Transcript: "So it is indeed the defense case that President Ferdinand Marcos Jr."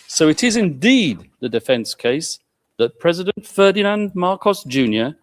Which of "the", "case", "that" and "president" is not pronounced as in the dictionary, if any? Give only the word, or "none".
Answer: none